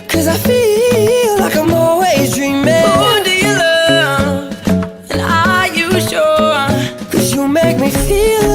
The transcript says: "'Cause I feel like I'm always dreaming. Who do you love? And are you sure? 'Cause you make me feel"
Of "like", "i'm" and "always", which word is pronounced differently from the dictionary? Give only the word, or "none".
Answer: always